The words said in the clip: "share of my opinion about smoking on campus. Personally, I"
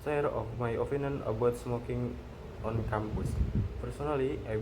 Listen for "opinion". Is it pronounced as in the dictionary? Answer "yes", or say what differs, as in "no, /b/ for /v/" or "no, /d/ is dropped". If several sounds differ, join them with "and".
no, /f/ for /p/